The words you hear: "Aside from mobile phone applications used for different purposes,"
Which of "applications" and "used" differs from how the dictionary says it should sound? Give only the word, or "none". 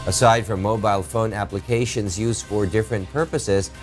none